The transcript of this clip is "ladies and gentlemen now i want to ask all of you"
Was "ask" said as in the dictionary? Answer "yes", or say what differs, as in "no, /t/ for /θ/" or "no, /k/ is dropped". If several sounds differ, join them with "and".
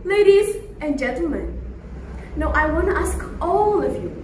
yes